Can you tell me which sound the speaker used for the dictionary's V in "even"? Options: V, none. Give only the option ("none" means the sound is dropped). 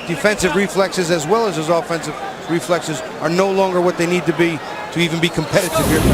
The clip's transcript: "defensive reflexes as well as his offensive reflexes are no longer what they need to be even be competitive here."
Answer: V